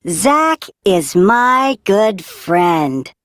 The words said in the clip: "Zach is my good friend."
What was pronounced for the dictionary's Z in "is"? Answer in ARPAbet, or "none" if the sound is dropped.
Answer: Z